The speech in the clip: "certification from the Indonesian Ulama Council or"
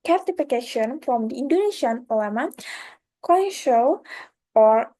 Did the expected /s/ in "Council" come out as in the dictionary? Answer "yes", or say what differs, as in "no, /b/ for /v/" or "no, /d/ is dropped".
no, /ʃ/ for /s/